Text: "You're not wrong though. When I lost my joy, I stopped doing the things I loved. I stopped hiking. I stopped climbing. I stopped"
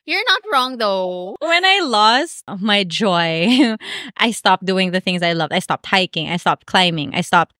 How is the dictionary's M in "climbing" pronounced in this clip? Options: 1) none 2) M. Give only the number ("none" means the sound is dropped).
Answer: 2